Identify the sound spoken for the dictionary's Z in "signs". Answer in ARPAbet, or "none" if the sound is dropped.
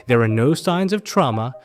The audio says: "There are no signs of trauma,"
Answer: Z